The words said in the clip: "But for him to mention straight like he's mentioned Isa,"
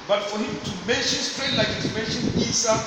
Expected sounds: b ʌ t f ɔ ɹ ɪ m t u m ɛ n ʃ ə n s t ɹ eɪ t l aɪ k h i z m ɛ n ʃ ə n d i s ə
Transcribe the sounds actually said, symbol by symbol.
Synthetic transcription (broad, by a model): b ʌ t f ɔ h ɪ m t u m ɛ n ʃ ə n s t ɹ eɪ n l aɪ k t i m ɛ n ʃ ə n i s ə